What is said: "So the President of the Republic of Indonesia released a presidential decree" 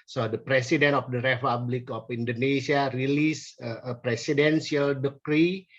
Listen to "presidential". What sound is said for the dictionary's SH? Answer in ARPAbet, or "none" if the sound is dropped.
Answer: S